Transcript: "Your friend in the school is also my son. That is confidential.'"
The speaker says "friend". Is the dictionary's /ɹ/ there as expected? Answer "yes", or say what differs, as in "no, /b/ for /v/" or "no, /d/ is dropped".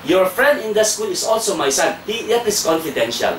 yes